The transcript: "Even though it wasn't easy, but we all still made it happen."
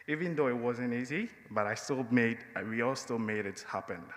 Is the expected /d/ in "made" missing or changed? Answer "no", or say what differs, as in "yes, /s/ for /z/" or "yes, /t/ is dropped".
no